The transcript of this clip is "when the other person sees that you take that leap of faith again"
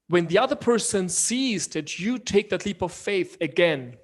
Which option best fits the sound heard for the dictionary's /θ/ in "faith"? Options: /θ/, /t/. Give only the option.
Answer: /θ/